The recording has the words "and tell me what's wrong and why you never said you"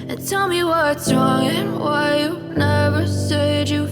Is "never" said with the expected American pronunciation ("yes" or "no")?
yes